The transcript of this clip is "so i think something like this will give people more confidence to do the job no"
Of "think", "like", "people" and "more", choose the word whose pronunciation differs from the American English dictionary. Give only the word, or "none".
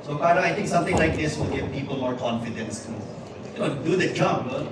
think